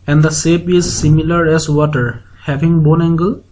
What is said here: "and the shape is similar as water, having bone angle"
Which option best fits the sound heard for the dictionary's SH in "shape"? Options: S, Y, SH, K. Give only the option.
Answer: S